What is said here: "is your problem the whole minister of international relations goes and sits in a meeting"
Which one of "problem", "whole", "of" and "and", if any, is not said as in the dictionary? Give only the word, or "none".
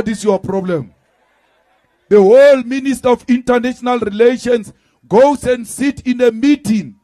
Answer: of